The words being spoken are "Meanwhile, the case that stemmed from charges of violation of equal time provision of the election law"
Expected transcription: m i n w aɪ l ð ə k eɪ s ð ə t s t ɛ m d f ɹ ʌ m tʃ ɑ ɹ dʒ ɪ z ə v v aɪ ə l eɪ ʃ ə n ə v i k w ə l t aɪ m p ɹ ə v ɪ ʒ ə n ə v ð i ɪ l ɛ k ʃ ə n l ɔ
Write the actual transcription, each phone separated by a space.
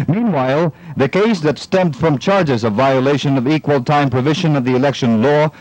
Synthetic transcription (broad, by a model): m i n w aɪ l ð ə k eɪ s ð ə t s t ɛ m d f ɹ ʌ m tʃ ɑ ɹ dʒ ɪ z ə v v aɪ ə l eɪ ʃ ə n ə v i k w ə l t aɪ m p ɹ ə v ɪ ʒ ə n ə v ð i ɪ l ɛ k ʃ ə n l ɔ